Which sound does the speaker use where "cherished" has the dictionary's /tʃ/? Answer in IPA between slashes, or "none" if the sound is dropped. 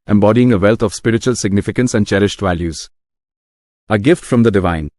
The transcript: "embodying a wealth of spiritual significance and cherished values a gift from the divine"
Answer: /tʃ/